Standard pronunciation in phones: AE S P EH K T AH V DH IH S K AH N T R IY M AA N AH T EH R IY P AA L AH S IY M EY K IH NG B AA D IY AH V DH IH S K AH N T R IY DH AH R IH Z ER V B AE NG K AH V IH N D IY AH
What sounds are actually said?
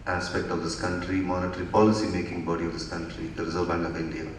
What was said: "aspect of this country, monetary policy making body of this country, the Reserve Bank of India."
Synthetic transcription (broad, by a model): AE S P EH K T AH V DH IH S K AH N T R IY M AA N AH T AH R IY P AA L AH S IY M EY K IH NG B AA D IY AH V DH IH S K AH N T R IY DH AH R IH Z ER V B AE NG AH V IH N D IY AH